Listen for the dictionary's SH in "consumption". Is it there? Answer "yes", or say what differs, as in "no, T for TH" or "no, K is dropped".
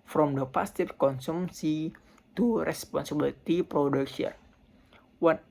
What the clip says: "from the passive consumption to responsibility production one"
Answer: no, S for SH